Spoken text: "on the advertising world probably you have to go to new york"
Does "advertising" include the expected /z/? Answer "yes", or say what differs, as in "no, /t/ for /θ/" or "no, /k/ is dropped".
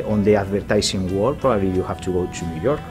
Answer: no, /s/ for /z/